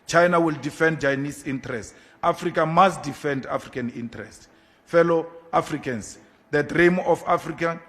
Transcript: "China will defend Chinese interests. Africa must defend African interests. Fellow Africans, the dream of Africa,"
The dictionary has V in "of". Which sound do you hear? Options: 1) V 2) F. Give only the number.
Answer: 2